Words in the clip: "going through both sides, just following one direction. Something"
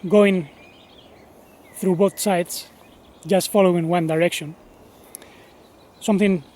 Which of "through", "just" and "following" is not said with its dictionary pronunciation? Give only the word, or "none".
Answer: none